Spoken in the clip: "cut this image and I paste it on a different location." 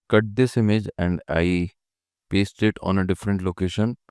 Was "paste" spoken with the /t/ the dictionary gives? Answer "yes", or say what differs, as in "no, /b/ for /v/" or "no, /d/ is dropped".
yes